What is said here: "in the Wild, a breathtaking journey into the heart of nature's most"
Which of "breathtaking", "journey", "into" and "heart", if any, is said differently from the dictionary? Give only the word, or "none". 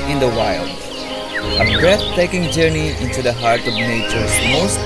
breathtaking